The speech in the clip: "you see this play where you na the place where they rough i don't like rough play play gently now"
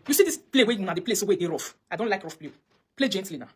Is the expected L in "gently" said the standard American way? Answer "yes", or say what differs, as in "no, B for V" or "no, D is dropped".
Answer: yes